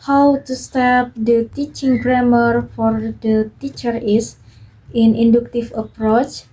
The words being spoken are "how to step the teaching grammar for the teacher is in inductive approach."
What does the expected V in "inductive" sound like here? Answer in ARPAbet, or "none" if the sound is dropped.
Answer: F